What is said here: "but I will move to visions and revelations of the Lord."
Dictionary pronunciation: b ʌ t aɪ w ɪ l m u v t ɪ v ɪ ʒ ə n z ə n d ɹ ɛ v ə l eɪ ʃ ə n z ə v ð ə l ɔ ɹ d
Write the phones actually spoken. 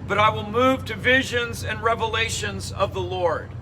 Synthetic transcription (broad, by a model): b ʌ t aɪ w ɪ l m u v t ɪ v ɪ ʒ ə n z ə n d ɹ ɛ v ə l eɪ ʃ ə n z ə v ð ə l ɔ ɹ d